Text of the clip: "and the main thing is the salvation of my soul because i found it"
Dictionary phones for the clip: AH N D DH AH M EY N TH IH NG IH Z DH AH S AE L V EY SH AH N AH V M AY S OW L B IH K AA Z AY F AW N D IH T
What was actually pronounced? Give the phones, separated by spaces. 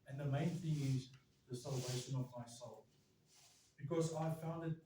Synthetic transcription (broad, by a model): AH N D DH AH M EY N TH IH NG IH Z DH AH S AE L V EY SH AH N AH V M AY S OW L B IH K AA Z AY F AW N D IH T